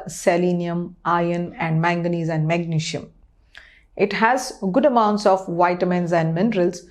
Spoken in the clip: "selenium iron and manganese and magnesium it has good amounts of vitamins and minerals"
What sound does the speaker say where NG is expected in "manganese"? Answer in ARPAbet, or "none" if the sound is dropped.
NG